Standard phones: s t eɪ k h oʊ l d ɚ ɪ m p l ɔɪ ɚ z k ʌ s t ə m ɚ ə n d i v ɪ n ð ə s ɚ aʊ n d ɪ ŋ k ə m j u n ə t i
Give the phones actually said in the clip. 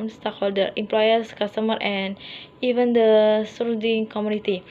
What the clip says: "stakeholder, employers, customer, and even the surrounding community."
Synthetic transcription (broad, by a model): s t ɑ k h oʊ l d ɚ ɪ m p l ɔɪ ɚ s k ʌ s t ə m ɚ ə n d i v ɪ n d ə s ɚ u d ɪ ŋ k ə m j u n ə t i